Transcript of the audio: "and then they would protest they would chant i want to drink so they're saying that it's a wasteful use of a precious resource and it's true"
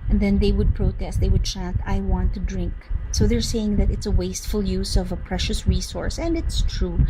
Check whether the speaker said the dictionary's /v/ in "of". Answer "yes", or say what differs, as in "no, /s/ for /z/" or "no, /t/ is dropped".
yes